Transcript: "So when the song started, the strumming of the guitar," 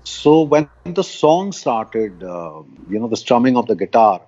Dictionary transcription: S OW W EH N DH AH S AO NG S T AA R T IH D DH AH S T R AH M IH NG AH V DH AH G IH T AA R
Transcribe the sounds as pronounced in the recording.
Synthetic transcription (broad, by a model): S OW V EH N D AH S AO NG S T AA R T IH D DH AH S T R AH M IH NG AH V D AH G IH T AA R